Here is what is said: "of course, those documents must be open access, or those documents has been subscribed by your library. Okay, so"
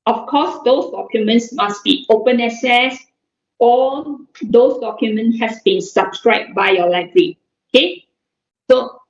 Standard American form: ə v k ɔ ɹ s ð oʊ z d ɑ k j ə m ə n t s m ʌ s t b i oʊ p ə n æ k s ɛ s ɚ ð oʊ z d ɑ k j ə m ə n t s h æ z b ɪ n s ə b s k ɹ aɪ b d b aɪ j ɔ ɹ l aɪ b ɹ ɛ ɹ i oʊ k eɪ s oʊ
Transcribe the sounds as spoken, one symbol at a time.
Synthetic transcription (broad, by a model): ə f k ɔ s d oʊ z d ɑ k j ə m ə n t s m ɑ s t b i oʊ p ə n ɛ s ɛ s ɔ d oʊ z d ɑ k j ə m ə n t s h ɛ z b ɪ n s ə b s k ɹ aɪ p b aɪ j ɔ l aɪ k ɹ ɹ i oʊ k eɪ s oʊ